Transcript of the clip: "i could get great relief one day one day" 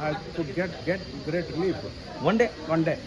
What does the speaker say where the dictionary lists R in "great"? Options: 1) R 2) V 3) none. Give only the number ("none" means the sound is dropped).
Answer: 3